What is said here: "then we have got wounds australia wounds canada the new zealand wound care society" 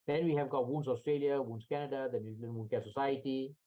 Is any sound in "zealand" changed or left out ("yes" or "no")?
yes